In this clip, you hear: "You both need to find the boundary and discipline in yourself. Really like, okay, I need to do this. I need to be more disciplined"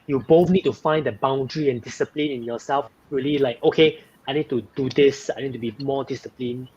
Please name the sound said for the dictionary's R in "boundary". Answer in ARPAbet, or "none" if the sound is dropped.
R